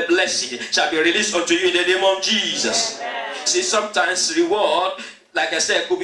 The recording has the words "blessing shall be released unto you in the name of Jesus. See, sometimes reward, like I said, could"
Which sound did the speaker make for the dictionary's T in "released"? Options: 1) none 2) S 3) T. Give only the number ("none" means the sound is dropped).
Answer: 3